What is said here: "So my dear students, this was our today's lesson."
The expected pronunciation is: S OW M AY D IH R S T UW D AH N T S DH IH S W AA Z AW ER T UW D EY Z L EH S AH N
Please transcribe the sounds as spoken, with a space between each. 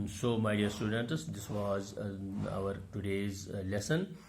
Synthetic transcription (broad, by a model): S OW M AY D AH R S T UW D AH N T S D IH S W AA Z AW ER T UW D EY Z L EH S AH N